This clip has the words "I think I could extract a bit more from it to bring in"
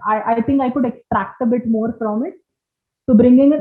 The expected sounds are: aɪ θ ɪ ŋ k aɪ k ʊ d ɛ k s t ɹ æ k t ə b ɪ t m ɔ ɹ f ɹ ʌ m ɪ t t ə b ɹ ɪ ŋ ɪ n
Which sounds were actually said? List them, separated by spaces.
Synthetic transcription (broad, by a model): aɪ t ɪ ŋ k aɪ k ʊ d ɛ k s t ɹ æ k t ə b ɪ t m ɔ ɹ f ɹ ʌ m ɪ t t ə b ɹ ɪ ŋ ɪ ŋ